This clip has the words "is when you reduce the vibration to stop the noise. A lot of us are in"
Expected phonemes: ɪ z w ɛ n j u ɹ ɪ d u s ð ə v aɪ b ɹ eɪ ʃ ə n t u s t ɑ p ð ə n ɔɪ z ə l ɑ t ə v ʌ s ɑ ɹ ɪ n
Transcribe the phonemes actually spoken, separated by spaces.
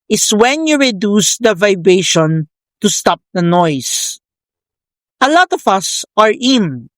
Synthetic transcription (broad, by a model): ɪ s w ɛ n j u ɹ ɪ d u s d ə v aɪ b ɹ eɪ ʃ ə n t u s t ɑ p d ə n ɔɪ s ə l ɑ t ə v ʌ s ɑ ɹ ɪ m